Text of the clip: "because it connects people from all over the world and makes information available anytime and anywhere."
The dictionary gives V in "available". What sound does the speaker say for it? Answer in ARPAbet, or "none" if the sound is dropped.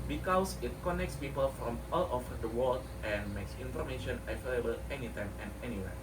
F